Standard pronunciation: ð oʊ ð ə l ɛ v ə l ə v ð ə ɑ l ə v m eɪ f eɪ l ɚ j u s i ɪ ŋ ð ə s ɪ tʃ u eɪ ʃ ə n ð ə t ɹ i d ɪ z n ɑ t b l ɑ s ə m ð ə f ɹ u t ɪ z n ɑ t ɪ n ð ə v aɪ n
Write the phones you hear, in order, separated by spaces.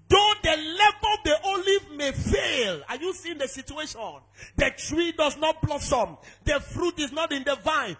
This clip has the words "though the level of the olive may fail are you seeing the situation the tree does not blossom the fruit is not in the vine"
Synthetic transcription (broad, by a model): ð oʊ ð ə l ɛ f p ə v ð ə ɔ l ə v m eɪ f eɪ l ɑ j u s i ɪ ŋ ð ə s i tʃ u eɪ ʃ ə n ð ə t ɹ i d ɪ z n ɑ t b l ɑ s ə m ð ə f ɹ u t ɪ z n ɑ t ɪ n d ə v aɪ n